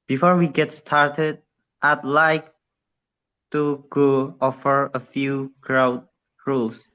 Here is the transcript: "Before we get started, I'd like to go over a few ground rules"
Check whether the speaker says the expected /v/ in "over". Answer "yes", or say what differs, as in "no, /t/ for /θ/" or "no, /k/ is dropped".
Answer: no, /f/ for /v/